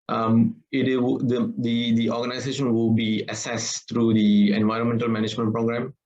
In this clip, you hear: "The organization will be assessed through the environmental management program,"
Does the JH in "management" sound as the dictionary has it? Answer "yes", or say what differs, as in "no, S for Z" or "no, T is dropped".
yes